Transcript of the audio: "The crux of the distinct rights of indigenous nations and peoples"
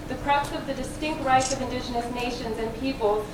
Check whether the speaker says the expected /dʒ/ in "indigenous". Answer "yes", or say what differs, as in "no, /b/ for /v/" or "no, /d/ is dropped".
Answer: yes